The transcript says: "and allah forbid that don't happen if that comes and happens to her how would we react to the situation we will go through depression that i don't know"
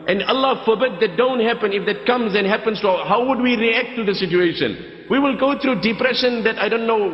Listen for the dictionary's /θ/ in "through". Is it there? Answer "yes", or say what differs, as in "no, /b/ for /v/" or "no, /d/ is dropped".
no, /t/ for /θ/